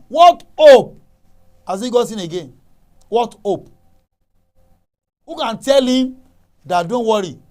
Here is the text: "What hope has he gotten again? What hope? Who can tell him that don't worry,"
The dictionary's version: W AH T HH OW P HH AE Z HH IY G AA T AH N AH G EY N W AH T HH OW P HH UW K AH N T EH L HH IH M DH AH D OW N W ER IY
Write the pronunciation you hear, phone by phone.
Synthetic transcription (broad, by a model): W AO T OW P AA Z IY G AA S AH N AH G EY N W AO T OW P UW K AH N T EH L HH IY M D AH D OW N W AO IY